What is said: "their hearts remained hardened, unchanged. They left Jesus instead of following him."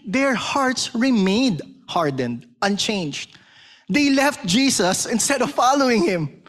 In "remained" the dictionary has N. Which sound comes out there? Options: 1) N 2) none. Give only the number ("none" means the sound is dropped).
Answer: 2